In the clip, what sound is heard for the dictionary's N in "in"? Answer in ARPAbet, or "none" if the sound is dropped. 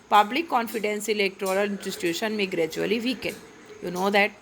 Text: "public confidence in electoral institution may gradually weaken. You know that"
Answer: L